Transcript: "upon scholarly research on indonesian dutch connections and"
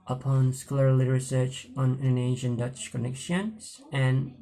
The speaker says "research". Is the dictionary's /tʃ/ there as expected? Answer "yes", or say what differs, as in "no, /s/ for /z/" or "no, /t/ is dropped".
yes